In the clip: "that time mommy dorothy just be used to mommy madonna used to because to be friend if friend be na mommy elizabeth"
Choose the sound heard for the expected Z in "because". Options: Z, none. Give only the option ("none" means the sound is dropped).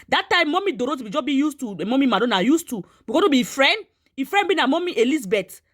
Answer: none